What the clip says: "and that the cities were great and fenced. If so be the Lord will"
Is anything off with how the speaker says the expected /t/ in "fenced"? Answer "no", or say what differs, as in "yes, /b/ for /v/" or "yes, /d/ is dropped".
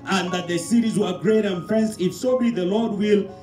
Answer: yes, /t/ is dropped